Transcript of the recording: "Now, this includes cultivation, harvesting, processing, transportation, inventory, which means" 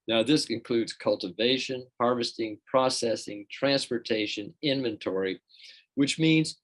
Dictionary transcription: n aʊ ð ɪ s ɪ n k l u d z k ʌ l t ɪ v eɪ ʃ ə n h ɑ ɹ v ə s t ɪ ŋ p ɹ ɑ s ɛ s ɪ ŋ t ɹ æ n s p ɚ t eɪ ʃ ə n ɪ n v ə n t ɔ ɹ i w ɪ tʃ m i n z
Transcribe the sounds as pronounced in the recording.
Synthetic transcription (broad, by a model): n aʊ ð ɪ s ɪ n k l u d z k ʌ l t ɪ v eɪ ʃ ə n h ɑ ɹ v ə s t ɪ ŋ p ɹ ɑ s ɛ s ɪ ŋ t ɹ æ n s p ɚ t eɪ ʃ ə n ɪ n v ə n t ɔ ɹ i w ɪ tʃ m i n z